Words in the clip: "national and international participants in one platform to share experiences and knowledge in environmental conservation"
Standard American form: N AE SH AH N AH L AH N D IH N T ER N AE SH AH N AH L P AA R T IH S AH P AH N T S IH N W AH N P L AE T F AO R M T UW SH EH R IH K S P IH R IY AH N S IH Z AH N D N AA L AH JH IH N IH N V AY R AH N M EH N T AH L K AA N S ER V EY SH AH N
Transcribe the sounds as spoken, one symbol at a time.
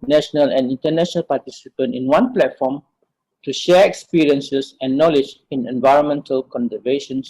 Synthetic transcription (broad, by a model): N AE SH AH N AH L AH N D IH N T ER N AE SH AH N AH L P AA T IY S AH P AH N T IH N W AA N P L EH T F AO M T UW SH EH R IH K S P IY R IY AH N S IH S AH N N AA L AH JH IH N IH N V AY R AH N M EH N T AH L K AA N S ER V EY SH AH N